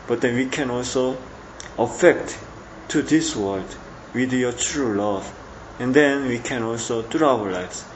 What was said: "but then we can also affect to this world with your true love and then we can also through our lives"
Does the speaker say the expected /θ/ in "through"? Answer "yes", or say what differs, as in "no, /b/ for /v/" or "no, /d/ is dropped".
no, /t/ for /θ/